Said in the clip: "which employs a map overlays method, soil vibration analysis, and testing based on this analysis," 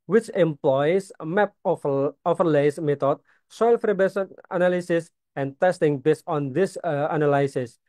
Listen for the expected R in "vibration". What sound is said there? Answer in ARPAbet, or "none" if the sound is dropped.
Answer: none